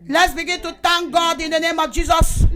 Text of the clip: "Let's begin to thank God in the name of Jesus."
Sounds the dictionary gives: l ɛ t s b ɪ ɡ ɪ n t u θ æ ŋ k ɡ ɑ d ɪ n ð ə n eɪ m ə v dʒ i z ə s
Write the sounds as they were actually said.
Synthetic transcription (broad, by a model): l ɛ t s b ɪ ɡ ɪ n t u t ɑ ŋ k ɡ ɑ d ɪ n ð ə n eɪ m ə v dʒ i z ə s